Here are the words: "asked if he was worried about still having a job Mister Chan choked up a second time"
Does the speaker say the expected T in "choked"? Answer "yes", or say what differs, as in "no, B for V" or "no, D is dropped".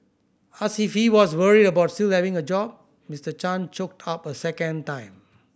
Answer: yes